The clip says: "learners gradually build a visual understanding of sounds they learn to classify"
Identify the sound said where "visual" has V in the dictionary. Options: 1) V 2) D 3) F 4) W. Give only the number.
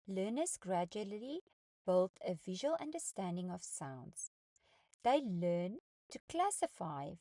1